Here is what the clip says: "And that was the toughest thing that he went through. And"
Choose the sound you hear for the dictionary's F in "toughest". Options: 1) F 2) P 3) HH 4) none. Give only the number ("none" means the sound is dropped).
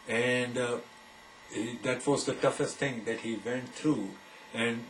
1